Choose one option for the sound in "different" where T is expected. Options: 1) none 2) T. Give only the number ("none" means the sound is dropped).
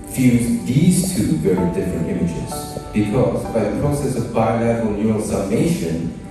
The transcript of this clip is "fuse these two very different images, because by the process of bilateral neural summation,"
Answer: 2